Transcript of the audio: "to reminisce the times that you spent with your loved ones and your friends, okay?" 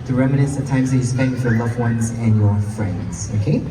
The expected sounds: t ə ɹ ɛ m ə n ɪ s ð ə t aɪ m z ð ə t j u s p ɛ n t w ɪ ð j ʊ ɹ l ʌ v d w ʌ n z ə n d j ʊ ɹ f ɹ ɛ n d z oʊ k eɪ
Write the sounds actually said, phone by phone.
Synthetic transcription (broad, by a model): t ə ɹ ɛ m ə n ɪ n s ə t aɪ m z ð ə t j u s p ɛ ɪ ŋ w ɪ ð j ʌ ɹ l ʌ v w ʌ n z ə n j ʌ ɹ f ɹ ɛ n d z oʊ k eɪ